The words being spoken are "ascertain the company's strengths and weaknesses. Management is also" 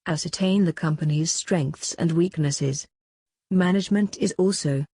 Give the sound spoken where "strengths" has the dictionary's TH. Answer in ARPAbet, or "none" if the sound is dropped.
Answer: TH